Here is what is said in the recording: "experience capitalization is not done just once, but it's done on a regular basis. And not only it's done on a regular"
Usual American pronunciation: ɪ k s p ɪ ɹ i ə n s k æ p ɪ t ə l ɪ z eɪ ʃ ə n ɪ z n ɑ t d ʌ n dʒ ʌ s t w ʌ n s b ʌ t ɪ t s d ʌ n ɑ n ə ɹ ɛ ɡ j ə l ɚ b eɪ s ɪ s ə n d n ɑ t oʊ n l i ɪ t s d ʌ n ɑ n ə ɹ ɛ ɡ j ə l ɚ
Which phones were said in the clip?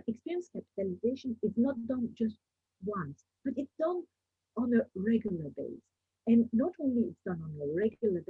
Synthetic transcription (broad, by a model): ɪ k s p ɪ ɹ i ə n s k æ p ɪ t ə l ɪ z eɪ ʃ ə n ɪ z n ɑ t d ʌ n dʒ ʌ s t w ʌ n s b ʌ t ɪ t s d ʌ n ɑ n ə ɹ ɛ ɡ j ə l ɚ b eɪ ɪ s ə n n ɑ t oʊ n l i ɪ t s d ʌ n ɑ n ə ɹ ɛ ɡ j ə l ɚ